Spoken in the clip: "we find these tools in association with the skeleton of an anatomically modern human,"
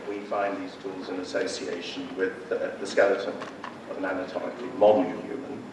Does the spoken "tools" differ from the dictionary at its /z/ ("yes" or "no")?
no